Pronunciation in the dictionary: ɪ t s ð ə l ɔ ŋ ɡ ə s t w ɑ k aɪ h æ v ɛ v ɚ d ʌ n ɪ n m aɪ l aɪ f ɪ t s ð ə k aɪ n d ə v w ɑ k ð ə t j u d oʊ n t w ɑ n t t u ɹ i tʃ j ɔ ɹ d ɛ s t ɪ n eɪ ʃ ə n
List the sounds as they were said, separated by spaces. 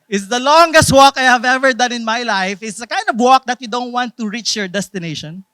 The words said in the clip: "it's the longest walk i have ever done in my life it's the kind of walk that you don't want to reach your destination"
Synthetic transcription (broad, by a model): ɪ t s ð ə l ɔ ŋ ɡ ə s t w ɑ k aɪ h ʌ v ɛ v ɚ d ʌ n ɪ n m aɪ l aɪ f ɪ t s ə k aɪ n d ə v w ɑ k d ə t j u d oʊ n t w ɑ n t t u ɹ i tʃ j ɔ ɹ d ɛ s t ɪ n eɪ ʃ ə n